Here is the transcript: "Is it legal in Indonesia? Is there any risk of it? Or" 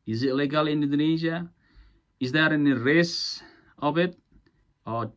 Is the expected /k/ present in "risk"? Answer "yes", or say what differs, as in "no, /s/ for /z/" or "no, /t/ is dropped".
no, /k/ is dropped